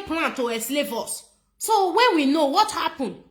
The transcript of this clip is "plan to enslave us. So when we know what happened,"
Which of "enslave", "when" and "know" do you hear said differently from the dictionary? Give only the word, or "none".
enslave